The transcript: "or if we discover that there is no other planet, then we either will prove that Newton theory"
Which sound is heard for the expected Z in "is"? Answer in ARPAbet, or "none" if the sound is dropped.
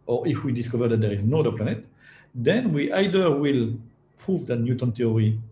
Z